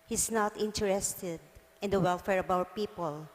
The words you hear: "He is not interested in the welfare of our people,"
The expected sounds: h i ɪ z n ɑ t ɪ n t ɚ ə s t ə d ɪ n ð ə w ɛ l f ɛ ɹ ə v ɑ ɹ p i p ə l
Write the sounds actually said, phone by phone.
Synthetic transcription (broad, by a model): h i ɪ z n ɑ t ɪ n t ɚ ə s t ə d ɪ n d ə w ɛ l f ɛ ɹ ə b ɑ p i p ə l